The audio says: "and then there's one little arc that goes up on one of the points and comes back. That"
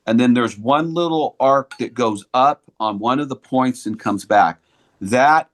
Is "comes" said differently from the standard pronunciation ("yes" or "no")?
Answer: no